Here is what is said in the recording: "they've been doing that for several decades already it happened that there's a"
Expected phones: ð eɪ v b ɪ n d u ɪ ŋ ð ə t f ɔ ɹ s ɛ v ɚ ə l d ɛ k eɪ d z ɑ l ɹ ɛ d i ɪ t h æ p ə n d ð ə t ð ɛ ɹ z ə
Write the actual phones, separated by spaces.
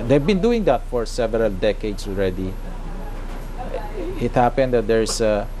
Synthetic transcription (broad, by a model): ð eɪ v b ɪ n d u ɪ ŋ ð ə t f ɔ ɹ s ɛ v ɚ ə l d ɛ k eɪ d s ɑ l ɹ ɛ d i ɪ t h æ p ə n d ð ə t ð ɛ ɹ s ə